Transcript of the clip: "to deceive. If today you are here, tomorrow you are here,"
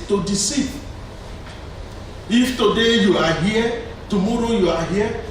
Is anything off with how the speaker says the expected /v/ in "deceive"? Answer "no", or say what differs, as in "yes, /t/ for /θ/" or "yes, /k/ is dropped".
yes, /v/ is dropped